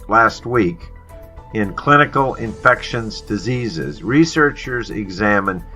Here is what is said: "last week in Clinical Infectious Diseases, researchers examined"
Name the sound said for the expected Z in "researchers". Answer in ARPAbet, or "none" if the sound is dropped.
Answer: Z